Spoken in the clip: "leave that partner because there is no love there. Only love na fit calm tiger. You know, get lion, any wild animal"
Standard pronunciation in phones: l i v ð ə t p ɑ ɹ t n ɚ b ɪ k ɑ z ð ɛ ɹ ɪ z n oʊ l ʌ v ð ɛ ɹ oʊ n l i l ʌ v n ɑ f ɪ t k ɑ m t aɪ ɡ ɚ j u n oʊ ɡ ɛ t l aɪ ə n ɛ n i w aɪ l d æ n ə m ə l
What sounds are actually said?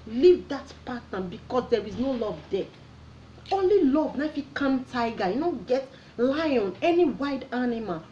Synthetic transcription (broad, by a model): l i v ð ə t p ɑ t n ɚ b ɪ k ɑ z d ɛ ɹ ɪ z n oʊ l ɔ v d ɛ oʊ n l i l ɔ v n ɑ f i k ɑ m t aɪ ɡ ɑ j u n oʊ ɡ ɛ t l aɪ ə n ɛ n i w aɪ d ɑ n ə m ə l